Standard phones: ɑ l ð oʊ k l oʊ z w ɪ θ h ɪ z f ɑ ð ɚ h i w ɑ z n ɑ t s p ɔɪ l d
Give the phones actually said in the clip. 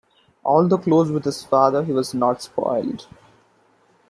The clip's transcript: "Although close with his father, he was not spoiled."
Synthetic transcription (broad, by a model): ɑ l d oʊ k l oʊ z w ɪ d h ɪ z f ɑ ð ɚ h i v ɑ z n ɑ t s p ɔɪ l d